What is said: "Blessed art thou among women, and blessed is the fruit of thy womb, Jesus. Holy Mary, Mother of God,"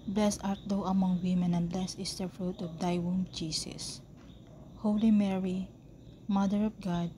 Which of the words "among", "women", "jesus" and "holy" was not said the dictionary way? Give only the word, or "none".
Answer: jesus